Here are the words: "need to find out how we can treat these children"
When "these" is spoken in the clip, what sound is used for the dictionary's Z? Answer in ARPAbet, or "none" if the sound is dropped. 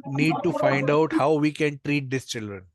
S